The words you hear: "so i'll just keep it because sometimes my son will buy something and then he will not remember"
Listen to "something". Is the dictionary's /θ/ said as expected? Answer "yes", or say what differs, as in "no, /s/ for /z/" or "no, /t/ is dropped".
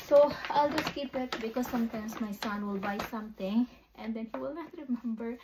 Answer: no, /t/ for /θ/